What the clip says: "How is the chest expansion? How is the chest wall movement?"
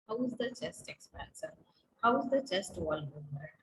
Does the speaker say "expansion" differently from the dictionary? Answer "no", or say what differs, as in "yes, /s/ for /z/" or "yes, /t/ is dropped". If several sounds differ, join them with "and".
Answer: yes, /s/ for /ʃ/